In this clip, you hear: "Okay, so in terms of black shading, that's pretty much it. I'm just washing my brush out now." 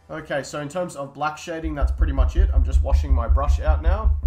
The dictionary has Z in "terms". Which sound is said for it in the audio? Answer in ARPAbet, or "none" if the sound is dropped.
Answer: Z